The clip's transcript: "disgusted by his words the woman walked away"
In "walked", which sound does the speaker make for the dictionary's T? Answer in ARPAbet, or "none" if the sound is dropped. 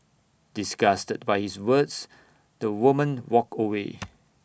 none